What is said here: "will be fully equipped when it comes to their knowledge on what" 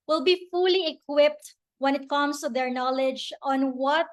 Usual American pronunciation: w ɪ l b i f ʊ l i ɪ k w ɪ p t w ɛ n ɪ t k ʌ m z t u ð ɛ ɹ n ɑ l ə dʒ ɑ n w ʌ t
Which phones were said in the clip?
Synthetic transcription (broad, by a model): w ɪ l b i f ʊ l i ɪ k w ɪ p t w ɛ n ɪ t k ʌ m s t u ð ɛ ɹ n ɑ l ə dʒ ɑ n w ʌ t